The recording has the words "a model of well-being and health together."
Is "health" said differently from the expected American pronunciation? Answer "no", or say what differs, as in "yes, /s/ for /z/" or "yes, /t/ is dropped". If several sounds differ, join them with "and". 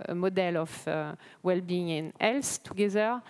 yes, /s/ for /θ/